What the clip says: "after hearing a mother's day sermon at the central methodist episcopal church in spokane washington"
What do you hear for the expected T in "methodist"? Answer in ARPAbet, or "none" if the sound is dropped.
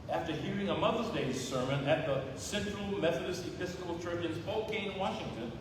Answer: T